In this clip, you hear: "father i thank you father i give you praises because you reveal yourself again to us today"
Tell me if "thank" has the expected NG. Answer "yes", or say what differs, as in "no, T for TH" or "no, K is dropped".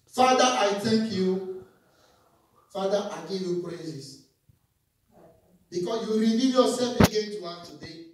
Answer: no, NG is dropped